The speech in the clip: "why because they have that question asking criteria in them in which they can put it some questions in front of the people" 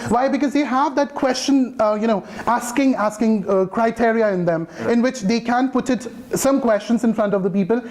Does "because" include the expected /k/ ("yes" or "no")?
yes